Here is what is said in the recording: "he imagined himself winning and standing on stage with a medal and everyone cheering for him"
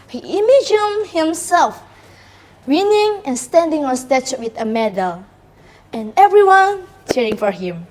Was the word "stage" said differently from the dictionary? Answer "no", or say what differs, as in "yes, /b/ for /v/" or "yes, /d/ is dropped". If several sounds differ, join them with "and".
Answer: yes, /tʃ/ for /dʒ/